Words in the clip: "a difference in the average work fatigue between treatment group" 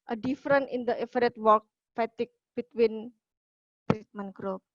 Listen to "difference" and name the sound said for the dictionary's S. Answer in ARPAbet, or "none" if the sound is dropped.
none